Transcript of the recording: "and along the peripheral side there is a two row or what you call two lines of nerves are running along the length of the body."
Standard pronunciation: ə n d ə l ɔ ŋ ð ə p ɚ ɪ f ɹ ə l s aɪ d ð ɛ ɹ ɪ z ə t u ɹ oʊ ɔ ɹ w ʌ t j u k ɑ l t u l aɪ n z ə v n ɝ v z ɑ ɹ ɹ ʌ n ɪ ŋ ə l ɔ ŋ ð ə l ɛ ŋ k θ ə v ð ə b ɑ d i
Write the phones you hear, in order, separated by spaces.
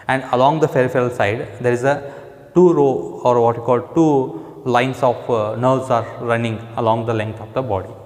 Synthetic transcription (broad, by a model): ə n d ə l ɔ ŋ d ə f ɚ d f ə l s aɪ d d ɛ ɹ ɪ z ə t u ɹ oʊ ɔ ɹ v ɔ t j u k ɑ l t u l aɪ n s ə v n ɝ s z ɑ ɹ ɹ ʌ n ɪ ŋ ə l ɔ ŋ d ə l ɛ ŋ k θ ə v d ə b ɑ d i